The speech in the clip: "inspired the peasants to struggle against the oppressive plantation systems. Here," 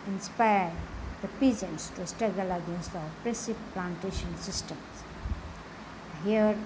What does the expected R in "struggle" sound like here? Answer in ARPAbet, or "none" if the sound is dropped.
none